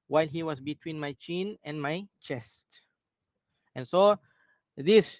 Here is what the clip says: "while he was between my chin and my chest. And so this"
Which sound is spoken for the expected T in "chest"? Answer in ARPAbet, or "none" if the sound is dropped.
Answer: T